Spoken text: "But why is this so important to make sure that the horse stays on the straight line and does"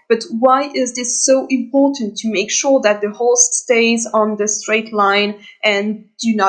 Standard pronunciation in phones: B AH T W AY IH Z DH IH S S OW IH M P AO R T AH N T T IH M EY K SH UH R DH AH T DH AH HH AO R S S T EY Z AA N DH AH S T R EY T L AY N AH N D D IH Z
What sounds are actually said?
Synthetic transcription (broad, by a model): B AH T W AY IH Z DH IH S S OW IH M P AO R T N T T IH M EY K SH UH R DH AH T DH AH HH AO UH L S T EY Z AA N DH AH S T R EY T L AY N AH N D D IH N